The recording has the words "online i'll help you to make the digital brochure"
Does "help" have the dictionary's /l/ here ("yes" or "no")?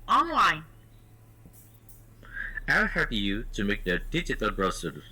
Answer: no